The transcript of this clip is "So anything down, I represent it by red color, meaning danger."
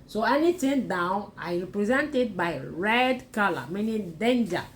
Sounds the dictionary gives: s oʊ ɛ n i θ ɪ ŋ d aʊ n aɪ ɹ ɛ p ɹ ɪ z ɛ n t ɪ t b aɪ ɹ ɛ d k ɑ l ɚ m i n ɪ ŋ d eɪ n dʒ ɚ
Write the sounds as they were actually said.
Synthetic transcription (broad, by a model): s oʊ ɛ n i t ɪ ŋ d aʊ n aɪ ɹ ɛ p ɹ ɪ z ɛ n t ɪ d b aɪ ɹ ɛ d k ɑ l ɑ m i n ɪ d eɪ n dʒ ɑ